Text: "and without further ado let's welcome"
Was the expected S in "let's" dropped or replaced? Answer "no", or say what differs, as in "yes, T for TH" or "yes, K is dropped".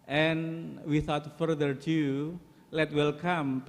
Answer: yes, S is dropped